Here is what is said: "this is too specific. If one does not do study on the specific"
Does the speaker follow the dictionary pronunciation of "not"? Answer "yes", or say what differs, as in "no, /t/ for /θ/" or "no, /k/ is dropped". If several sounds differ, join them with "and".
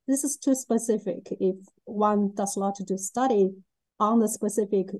no, /l/ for /n/